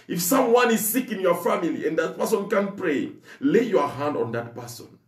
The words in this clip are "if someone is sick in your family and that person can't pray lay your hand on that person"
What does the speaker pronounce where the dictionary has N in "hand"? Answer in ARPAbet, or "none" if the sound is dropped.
N